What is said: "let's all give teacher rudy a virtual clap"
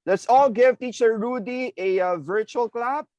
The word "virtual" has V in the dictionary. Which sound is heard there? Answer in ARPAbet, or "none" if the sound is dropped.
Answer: V